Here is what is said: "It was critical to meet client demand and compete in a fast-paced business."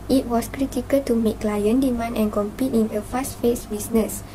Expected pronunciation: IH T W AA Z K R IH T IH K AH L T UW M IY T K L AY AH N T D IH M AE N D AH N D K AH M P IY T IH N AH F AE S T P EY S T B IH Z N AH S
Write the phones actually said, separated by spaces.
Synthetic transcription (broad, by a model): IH T W AA S K R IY T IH K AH L T UW M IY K L AY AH N D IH M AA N AH N K AH M P IY T IH N AH F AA S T F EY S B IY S N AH S